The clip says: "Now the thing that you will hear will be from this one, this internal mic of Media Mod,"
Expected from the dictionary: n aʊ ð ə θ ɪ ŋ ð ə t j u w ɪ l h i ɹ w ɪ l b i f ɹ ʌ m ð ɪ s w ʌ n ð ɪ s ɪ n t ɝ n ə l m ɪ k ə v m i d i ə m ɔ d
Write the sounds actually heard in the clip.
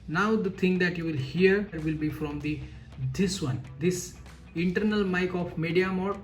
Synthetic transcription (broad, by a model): n aʊ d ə t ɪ ŋ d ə t j u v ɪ l h i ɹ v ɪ l b i f ɹ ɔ m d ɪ s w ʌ n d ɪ s ɪ n t ɝ n ə l m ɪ k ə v m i d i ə m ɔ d